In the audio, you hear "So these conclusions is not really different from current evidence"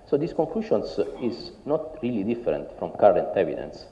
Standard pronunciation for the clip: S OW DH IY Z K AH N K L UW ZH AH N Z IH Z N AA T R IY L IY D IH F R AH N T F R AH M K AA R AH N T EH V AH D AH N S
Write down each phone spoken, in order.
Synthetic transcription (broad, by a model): S OW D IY S K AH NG K L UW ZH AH N S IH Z N AA T R IY L IY D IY F R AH N T F R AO M K AA R AH N T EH V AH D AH N S